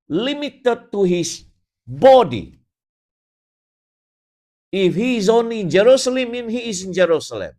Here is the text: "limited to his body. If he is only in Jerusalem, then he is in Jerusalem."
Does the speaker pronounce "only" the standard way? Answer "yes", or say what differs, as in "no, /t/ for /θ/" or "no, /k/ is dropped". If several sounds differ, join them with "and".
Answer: no, /l/ is dropped